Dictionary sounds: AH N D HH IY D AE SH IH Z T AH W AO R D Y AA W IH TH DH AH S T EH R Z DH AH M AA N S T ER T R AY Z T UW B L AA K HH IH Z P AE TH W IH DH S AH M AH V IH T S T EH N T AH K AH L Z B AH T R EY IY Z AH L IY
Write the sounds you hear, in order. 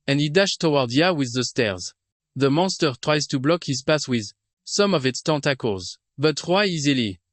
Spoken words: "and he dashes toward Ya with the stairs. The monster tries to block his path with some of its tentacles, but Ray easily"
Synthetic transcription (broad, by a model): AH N HH IY D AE SH T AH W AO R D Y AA W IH DH AH S T EH R Z DH AH M AA N S T ER T R AY Z T UW B L AA K HH IH Z P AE S W IH DH S AH M AH V IH T S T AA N T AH K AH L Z B AH T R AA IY Z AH L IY